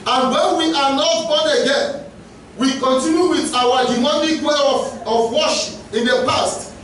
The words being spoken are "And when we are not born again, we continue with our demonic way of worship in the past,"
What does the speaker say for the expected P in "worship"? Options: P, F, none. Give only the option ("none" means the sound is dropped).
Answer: none